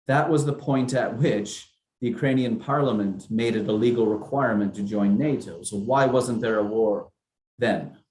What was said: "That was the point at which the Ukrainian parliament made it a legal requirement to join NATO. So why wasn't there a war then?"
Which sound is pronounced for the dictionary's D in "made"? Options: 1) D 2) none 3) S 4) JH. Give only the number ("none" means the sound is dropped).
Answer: 1